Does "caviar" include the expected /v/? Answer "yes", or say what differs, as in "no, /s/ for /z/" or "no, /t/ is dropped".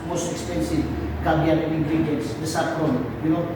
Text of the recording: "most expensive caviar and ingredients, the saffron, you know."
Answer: no, /b/ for /v/